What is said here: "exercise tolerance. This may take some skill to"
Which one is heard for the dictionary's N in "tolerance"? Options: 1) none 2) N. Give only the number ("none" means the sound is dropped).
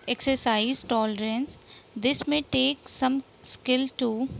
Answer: 2